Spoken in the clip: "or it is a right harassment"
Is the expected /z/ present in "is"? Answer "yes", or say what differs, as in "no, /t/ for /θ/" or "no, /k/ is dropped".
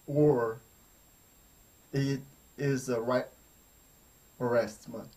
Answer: yes